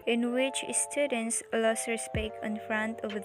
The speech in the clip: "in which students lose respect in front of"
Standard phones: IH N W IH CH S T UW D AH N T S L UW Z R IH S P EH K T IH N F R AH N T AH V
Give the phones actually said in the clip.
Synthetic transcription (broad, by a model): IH N W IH CH S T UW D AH N S L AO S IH S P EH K IH N F R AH N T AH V